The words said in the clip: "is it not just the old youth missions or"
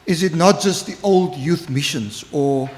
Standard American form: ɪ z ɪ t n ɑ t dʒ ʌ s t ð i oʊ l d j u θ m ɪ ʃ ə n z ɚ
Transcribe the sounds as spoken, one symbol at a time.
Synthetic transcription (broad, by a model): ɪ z ɪ t n ɑ t dʒ ʌ s t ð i oʊ l d j u θ m ɪ ʃ ə n z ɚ